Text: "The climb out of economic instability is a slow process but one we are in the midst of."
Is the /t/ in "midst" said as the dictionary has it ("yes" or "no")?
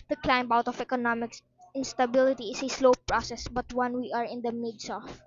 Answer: no